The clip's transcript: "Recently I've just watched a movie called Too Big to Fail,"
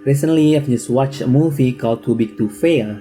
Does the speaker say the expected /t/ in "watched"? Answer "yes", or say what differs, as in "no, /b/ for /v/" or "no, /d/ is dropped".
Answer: no, /t/ is dropped